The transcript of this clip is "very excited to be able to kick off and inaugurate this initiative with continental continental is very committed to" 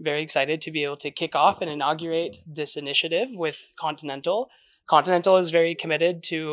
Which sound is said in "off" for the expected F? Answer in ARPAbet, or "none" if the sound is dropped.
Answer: F